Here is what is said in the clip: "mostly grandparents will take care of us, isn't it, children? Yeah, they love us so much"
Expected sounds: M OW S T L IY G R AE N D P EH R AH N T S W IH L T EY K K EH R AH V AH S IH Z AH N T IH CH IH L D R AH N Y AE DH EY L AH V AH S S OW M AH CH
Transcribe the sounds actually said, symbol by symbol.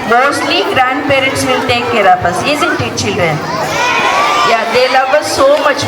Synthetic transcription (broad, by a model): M OW S T L IY G R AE N D P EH R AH N T S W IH L T EY K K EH R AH P AH S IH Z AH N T IH CH IH L D R AH N Y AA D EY L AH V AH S S OW M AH CH